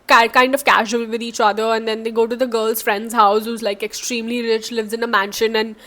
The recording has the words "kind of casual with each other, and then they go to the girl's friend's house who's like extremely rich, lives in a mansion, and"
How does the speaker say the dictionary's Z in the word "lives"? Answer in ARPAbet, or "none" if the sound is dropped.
Z